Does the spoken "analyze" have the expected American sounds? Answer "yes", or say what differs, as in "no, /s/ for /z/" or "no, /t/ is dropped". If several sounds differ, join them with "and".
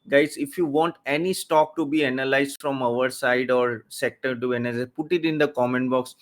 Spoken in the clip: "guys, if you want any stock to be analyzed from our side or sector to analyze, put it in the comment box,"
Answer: no, /z/ is dropped